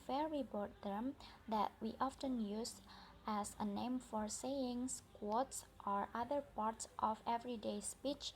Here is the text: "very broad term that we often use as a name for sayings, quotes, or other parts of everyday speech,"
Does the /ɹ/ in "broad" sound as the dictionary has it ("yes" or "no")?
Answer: no